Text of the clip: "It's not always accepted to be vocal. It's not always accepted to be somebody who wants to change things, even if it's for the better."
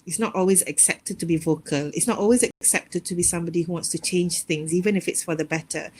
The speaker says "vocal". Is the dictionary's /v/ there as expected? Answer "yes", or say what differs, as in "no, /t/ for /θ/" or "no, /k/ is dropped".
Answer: yes